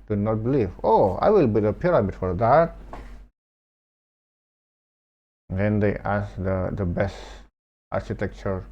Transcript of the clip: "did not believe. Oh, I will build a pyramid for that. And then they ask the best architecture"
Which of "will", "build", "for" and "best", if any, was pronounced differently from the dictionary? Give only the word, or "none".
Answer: build